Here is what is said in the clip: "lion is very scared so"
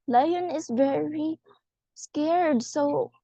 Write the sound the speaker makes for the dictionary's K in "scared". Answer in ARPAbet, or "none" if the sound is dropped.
K